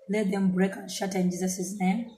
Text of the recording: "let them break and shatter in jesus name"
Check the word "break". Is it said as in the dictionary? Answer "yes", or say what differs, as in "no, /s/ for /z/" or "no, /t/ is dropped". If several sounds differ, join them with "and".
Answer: yes